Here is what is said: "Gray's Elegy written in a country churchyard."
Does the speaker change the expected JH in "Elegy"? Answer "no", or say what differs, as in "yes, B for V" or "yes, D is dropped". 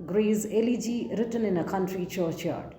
no